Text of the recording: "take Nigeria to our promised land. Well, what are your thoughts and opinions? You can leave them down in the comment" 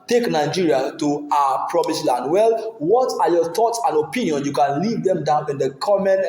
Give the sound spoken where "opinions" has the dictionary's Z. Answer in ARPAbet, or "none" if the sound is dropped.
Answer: none